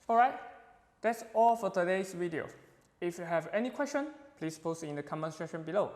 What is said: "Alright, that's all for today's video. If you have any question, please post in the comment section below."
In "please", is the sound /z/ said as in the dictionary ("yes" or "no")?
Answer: no